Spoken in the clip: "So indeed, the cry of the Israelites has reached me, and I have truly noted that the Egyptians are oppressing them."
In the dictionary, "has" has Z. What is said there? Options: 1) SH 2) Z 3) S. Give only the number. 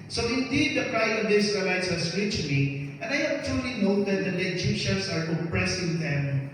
3